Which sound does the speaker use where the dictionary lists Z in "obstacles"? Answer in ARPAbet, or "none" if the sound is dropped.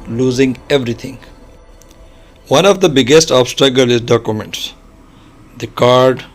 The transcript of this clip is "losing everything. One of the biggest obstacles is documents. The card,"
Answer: none